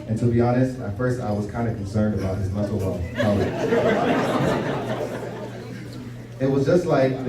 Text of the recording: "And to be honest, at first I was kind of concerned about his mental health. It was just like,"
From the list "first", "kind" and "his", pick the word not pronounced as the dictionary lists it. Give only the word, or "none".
none